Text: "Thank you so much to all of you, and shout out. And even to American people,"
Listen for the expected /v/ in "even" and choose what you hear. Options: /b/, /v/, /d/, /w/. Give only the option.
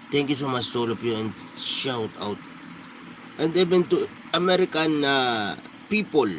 /b/